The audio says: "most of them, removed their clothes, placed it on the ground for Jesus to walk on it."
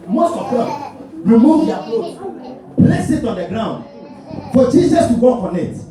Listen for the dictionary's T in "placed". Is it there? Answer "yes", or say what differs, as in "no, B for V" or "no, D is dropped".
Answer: no, T is dropped